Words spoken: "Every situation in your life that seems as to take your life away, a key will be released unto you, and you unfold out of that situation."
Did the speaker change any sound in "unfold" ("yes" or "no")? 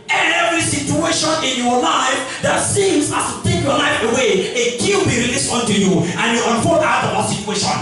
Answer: yes